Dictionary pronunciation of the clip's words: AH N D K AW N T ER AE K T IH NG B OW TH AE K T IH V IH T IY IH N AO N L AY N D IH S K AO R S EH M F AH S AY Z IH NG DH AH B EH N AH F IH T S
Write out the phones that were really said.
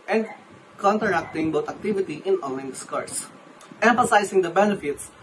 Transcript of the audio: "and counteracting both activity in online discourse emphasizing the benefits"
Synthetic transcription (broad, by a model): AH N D K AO N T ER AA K T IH NG B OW T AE K T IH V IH T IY IH N AO N L AY N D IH S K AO R S EH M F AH S AY S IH NG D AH B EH N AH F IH T S